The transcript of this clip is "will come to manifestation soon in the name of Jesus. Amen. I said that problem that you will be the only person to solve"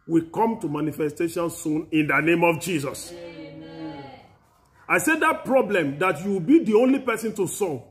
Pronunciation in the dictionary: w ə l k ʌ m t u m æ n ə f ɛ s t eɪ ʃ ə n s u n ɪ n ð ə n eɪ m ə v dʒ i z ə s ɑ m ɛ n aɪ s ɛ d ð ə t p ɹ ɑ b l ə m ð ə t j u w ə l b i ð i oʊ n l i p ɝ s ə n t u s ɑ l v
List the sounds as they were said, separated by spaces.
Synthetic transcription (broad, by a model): w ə k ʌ m t u m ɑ n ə f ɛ s t eɪ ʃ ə n s u n ɪ n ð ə n eɪ m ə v dʒ i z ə s ɑ ɪ s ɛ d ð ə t p ɹ ɑ b l ə m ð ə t j u w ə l b i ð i oʊ n l i p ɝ s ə n t u s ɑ